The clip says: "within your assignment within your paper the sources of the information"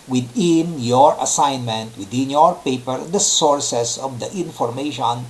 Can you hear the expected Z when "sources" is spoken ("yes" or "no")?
no